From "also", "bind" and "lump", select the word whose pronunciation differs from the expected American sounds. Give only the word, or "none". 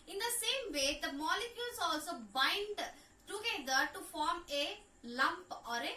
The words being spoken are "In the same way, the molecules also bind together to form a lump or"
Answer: none